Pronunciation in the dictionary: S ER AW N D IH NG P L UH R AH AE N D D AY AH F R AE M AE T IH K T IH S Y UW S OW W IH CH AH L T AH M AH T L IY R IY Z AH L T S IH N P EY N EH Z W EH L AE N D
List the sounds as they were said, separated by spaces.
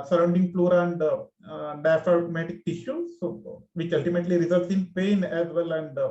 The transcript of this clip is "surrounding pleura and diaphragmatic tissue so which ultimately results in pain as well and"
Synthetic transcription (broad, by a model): S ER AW N D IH NG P L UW R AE N D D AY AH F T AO M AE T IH K T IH SH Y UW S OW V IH CH AH L T AH M AH T L IY R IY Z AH L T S IH N P EY N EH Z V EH L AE N D